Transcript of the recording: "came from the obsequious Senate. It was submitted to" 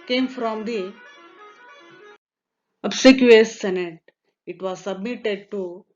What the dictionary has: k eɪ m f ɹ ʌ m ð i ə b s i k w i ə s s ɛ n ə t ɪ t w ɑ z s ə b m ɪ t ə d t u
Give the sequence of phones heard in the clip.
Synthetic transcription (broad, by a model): k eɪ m f ɹ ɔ m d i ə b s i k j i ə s s ɛ n ə t ɪ t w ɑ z s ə b m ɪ t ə d t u